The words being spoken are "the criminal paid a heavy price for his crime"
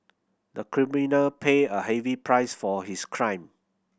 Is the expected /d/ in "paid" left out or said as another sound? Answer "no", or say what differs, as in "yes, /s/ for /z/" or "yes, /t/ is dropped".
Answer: yes, /d/ is dropped